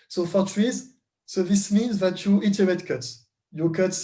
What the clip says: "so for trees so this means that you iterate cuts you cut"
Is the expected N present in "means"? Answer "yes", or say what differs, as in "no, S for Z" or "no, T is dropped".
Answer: yes